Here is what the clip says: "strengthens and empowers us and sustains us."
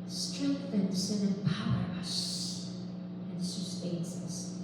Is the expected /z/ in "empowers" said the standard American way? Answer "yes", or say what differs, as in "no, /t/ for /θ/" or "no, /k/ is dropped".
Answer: no, /z/ is dropped